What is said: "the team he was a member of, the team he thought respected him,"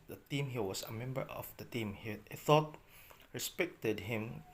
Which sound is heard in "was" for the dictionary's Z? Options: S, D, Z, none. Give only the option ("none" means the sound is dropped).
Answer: S